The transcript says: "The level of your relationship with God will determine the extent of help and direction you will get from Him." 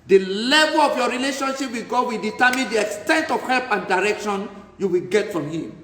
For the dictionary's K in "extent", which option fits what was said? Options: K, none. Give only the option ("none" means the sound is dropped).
K